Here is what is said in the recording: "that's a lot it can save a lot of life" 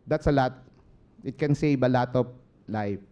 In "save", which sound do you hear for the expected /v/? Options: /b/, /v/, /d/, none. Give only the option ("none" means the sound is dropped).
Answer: /b/